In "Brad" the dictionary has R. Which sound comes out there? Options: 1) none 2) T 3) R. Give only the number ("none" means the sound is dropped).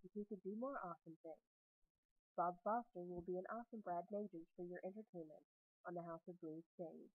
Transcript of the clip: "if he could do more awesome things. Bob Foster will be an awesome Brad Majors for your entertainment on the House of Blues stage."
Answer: 3